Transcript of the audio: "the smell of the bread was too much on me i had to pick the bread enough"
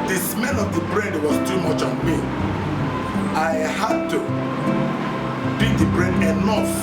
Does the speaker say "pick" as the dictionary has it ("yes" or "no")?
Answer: no